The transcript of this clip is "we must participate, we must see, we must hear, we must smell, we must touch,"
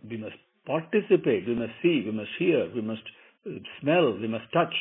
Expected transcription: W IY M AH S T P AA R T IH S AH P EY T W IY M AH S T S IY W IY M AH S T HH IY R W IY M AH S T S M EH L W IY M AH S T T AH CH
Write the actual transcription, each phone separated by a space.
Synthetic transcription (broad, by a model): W IY M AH S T P AA R T IH S AH P EY T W IY M AH S T S IY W IY M AH S T HH IY R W IY M AH S T S M EH L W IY M AH S T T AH CH